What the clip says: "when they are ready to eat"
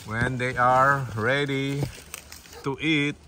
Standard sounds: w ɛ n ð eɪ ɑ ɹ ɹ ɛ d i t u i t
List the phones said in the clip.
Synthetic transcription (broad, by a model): w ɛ n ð eɪ ɑ ɹ ɹ ɛ d i t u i t